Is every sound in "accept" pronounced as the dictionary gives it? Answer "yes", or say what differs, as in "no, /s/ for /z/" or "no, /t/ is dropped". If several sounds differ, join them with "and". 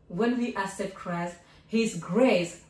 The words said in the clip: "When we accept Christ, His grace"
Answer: no, /k/ is dropped